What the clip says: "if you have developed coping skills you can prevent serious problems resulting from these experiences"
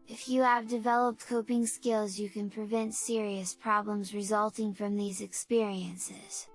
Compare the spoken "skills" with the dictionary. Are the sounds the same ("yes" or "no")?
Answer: yes